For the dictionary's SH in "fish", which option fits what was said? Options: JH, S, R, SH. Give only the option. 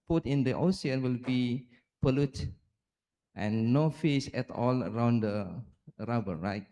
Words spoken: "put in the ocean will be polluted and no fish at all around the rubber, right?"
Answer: S